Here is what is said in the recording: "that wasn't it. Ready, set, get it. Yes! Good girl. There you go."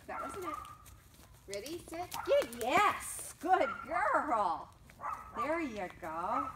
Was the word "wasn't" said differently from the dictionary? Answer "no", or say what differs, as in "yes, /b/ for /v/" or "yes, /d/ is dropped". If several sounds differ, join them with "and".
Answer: yes, /t/ is dropped